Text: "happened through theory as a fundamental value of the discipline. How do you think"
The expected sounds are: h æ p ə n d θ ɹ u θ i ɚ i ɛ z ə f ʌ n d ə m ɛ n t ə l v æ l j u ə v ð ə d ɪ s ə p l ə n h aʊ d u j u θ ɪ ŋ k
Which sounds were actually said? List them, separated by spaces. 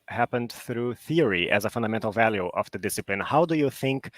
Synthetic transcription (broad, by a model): h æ p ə n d θ ɹ u θ i ɚ i ɛ z ə f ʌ n d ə m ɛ n t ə l v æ l j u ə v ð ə d ɪ s ə p l ə n h aʊ d u j u θ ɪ ŋ k